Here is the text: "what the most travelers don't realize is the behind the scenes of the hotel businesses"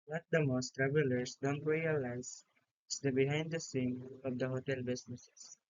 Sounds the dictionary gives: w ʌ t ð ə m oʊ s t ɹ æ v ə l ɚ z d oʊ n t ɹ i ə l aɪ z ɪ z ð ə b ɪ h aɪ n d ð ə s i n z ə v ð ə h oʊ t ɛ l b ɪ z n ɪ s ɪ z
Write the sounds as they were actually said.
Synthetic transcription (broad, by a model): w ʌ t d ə m oʊ s t ɹ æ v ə l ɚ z d oʊ n t ɹ i ə l aɪ z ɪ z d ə b ɪ h aɪ n d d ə s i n ə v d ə h oʊ t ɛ l b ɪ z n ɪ s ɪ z